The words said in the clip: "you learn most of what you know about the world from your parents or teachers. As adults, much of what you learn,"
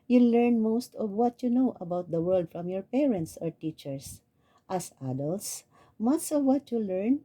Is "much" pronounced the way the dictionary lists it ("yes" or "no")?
no